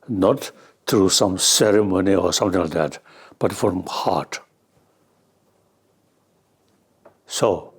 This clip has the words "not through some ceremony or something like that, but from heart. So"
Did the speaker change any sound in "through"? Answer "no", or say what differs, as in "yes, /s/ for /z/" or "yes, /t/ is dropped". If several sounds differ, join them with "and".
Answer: yes, /t/ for /θ/